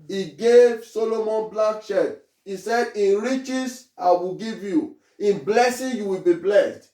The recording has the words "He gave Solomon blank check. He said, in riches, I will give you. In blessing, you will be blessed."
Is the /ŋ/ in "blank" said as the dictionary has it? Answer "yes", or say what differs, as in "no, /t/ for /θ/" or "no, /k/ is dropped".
no, /ŋ/ is dropped